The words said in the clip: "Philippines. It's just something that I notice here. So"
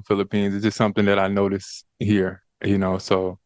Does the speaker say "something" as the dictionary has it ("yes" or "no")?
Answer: yes